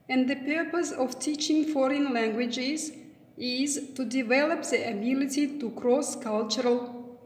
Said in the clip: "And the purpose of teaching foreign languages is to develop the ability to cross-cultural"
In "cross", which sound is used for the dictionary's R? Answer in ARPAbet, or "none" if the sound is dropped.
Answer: R